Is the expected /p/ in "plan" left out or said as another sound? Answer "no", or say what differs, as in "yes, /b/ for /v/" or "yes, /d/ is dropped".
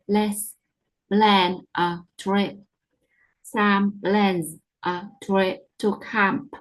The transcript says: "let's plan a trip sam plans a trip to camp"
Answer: yes, /b/ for /p/